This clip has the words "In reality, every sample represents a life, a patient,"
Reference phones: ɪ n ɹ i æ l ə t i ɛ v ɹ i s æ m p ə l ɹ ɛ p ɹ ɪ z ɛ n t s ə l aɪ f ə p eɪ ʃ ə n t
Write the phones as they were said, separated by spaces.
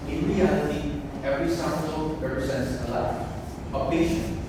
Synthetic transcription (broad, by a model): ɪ n ɹ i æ l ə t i ɛ v ɹ i s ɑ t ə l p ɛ ɹ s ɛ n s ə l aɪ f ə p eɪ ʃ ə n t